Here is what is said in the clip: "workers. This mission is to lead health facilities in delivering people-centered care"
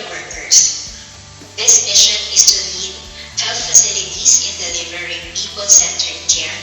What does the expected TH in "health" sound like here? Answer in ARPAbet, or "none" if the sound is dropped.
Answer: F